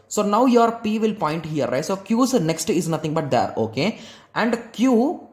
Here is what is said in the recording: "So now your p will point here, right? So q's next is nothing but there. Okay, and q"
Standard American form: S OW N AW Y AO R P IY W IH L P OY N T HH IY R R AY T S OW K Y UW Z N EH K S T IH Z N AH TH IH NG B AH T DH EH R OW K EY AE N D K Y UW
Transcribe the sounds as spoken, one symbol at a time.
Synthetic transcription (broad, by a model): S OW N AW Y AO R P IY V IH L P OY N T HH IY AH R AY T S OW K Y UW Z N EH K S T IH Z N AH T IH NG B AH T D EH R OW K EY AE N D K Y UW